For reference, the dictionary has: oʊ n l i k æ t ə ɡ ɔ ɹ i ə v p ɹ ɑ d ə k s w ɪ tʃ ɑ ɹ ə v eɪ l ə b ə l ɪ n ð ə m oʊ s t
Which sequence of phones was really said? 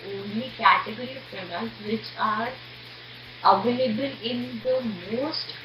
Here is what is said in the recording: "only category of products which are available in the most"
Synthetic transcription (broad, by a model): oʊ n l i k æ t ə ɡ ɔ ɹ i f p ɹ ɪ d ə s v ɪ tʃ ɑ ɹ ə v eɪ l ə b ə l ɪ n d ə m oʊ s t